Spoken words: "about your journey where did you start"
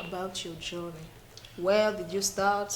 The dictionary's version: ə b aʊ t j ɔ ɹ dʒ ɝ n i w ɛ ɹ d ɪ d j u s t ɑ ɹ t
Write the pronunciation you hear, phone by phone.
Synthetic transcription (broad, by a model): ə b aʊ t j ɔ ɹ dʒ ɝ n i w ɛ l d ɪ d j u s t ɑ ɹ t